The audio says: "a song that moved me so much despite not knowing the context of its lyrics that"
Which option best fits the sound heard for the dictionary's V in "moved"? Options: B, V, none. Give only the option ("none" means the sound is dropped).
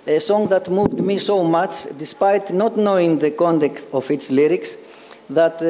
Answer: V